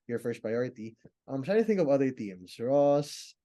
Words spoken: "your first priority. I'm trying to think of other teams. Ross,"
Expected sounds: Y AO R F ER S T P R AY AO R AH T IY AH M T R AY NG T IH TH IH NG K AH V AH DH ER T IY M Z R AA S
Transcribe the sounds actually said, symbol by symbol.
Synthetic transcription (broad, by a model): Y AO R F ER S T P R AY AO R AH T IY AH M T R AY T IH TH IH NG K AH V AH DH ER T IY M S R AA S